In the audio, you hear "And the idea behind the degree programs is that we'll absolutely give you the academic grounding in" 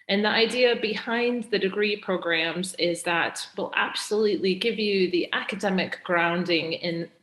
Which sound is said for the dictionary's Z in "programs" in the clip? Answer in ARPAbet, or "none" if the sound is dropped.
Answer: Z